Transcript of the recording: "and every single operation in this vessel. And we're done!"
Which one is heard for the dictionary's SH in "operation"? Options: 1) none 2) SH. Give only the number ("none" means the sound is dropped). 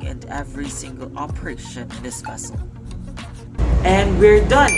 1